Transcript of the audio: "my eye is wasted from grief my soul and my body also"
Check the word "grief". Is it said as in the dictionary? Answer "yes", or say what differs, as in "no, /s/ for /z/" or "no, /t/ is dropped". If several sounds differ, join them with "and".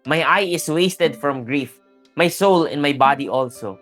yes